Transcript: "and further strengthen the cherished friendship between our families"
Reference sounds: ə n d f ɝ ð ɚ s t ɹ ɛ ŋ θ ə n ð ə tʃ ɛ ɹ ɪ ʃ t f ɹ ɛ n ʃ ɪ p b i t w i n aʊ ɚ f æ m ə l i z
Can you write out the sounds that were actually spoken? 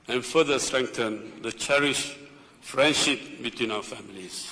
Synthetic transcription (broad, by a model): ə n f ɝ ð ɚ s t ɹ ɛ ŋ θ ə n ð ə tʃ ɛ ɹ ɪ ʃ f ɹ ɛ n ʃ ɪ p b i t w i n aʊ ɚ f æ m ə l i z